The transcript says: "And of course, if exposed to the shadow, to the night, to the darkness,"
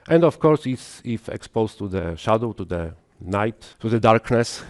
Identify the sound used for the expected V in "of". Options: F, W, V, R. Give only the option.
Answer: F